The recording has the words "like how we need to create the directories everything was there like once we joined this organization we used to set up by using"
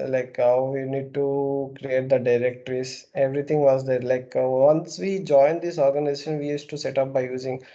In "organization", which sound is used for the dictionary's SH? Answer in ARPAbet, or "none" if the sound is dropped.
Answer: SH